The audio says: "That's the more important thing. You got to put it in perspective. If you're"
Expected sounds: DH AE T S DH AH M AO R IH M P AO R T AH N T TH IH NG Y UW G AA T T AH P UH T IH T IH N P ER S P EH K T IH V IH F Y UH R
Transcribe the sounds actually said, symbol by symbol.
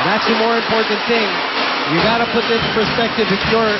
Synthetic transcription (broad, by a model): DH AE T S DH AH M AO R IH M P AO R T N TH IH NG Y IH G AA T T AH P UH T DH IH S P ER S P EH K T IH V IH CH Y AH R